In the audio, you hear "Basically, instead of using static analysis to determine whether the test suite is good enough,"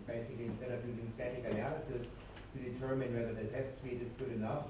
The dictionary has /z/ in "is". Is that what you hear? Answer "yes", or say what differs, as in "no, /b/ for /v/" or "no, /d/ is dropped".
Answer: no, /s/ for /z/